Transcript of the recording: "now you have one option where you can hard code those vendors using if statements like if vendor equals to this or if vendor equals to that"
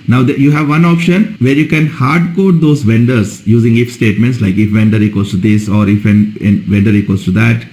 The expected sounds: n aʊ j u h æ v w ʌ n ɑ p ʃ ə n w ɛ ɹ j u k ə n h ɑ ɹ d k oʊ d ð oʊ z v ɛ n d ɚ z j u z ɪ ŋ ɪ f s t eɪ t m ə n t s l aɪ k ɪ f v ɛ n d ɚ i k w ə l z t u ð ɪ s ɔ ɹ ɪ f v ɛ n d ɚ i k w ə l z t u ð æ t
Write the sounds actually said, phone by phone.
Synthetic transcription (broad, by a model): n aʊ j u h æ v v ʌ n ɑ p ʃ ə n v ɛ ɹ j u k ə n h ɑ ɹ d k oʊ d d oʊ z v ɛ n d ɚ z j u z ɪ ŋ ɪ f s t eɪ t m ə n t s l aɪ k ɪ f v ɛ n d ɚ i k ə z t u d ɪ s ɔ ɹ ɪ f v ɛ n d ɚ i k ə z t u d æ t